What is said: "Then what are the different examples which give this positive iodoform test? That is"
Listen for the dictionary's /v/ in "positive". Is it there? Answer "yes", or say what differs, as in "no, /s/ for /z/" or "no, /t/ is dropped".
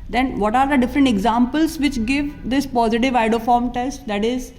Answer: yes